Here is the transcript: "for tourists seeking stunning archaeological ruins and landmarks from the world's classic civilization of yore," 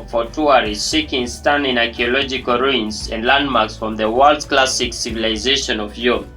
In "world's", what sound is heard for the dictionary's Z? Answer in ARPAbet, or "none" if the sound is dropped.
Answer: none